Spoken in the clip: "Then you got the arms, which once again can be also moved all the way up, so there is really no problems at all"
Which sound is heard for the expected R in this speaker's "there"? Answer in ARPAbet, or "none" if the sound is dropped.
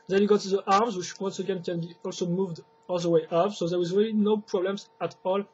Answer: W